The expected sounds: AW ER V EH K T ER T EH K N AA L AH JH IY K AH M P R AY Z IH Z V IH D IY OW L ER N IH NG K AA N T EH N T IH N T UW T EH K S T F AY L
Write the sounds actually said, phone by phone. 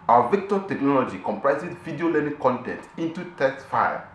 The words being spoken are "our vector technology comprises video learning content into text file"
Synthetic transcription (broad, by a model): AW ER V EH K T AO T EH K N AA L AH JH IY K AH M P R AY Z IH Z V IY D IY OW L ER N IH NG K AA N T EH N T IH N T UW T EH S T F AY